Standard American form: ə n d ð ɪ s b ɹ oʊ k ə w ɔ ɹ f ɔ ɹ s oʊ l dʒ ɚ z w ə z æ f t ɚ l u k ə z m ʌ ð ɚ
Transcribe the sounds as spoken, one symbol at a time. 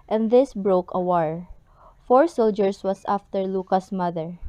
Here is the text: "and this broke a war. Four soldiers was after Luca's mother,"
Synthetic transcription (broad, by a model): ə n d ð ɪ s b ɹ oʊ k ə w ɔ ɹ f ɔ ɹ s oʊ l dʒ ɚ s w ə s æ f t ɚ l u k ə s m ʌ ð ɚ